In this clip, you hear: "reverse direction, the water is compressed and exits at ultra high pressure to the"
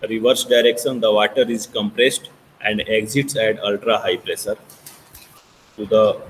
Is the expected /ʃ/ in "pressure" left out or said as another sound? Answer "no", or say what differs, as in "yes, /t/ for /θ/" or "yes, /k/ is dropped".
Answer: yes, /s/ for /ʃ/